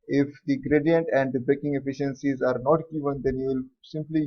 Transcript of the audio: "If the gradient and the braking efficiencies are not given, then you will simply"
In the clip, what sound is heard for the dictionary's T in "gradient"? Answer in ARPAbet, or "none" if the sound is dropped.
T